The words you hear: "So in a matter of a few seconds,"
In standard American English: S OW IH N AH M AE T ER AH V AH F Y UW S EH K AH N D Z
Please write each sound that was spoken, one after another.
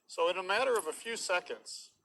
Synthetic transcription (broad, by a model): S OW IH N AH M AE T ER AH V AH F Y UW S EH K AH N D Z